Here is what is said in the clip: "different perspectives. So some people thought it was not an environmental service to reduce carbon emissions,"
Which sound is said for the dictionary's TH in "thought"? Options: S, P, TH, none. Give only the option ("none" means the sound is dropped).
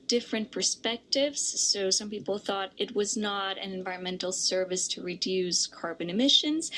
TH